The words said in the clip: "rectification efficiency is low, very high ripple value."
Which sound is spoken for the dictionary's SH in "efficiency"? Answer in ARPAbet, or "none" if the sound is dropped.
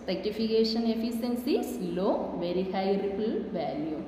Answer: S